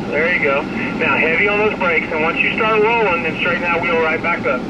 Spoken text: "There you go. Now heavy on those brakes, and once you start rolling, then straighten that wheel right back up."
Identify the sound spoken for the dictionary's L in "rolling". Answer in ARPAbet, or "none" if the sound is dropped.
none